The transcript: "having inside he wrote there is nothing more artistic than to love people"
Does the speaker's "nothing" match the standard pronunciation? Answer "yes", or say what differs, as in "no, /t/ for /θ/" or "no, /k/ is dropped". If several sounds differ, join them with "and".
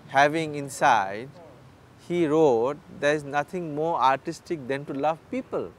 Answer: no, /t/ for /θ/